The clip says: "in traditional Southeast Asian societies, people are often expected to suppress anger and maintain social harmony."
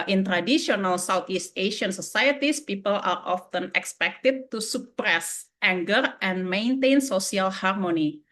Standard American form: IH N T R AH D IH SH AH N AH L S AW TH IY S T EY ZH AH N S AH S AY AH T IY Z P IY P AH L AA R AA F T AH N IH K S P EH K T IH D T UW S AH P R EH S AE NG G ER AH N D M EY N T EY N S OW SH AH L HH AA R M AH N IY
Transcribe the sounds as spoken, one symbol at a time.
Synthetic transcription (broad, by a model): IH N T R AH D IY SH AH N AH L S AW T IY S T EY SH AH N S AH S AY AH T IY S P IY P AH L AA R AA F T AH N IH K S P EH K T IH D T UW S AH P R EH S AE NG G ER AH N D M EY N T EY N S OW S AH L HH AA R M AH N IY